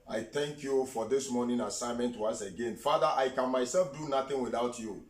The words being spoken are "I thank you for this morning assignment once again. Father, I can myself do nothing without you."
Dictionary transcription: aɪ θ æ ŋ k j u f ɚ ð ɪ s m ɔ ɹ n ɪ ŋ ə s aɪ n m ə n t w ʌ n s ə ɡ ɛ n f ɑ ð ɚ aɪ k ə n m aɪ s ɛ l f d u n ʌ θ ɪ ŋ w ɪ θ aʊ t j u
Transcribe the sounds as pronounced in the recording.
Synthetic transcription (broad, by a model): aɪ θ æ ŋ k j u f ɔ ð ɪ s m ɔ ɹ n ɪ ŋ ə s aɪ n m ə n t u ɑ s ə ɡ ɛ n f ɑ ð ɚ aɪ k ə n m aɪ s ɛ l f d u n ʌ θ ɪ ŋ w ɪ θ aʊ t j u